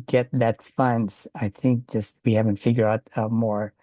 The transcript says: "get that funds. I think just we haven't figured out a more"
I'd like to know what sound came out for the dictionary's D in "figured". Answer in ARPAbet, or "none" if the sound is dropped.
none